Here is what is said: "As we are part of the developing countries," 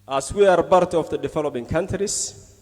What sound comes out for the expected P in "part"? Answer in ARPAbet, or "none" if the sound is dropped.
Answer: B